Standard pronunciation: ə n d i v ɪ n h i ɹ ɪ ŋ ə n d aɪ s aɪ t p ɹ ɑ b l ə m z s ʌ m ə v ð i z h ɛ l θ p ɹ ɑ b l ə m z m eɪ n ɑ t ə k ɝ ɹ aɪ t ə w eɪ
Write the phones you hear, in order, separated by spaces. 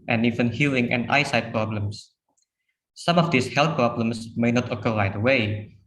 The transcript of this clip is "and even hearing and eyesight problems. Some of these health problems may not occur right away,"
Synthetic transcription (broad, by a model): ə n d i v ɪ n h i l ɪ ŋ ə n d aɪ s aɪ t p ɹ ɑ b l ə m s s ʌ m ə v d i s h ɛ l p ɹ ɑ b l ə m s m eɪ n ɑ t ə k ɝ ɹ aɪ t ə w eɪ